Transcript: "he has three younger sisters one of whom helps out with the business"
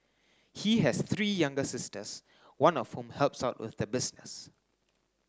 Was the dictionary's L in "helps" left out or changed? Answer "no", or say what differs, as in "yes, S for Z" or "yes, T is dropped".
no